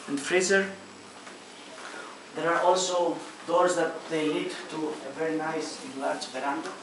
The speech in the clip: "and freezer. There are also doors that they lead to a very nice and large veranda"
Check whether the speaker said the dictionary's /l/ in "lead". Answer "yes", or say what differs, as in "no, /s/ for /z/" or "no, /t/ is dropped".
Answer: no, /n/ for /l/